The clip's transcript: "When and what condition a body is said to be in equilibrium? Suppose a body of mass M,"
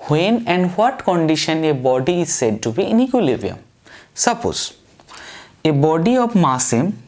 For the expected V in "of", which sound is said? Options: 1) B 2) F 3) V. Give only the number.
1